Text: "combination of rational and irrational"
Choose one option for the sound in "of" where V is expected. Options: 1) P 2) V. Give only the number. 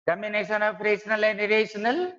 1